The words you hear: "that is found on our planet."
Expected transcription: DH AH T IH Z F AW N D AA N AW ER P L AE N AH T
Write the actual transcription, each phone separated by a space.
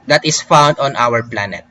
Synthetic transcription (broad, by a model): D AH T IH S F AW N D AA N AW ER P L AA N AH T